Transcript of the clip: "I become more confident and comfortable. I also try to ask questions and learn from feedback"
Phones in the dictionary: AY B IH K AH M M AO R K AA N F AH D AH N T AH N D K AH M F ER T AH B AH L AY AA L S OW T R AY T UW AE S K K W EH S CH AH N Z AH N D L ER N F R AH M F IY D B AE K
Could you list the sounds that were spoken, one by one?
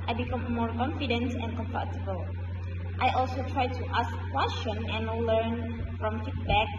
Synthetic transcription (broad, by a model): AY B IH K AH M M AO R K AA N F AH D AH N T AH N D K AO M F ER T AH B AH L AY AA L S OW T R AY T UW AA S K K W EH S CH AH N AH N L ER N F R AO M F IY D B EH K